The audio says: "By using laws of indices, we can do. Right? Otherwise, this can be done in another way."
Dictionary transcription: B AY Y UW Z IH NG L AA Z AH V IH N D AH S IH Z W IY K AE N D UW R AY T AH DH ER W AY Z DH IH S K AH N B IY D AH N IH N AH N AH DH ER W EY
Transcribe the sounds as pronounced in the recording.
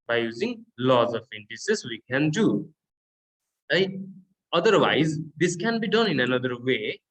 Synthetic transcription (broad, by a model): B AY Y UW Z IH NG L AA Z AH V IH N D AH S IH S W IY K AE N D UW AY AH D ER W AY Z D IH S K AH N B IY D AH N IH N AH N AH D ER W EY